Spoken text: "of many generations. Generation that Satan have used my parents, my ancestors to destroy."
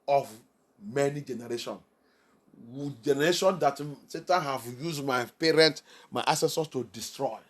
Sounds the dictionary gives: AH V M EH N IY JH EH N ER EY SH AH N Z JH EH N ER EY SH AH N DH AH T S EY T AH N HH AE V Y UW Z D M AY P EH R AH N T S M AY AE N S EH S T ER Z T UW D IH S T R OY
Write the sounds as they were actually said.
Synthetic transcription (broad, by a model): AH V M EH N IY JH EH N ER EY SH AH N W JH EH N ER EY SH AH N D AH T S EY T AH N HH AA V Y UW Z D M AY P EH R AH N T M AY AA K S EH S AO S T UW D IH S T R OY